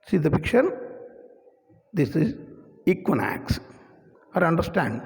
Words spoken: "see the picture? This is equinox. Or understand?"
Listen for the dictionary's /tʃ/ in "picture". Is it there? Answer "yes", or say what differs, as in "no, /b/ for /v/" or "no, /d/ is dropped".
no, /ʃ/ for /tʃ/